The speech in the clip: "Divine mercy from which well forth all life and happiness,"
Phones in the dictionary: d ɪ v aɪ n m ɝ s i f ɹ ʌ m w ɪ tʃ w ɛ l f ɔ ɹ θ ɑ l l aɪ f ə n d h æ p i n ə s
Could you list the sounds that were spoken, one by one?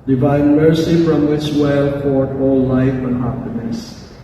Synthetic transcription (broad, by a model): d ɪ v aɪ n m ɝ s i f ɹ ʌ m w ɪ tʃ w ɛ l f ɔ ɹ t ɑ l l aɪ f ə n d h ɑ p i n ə s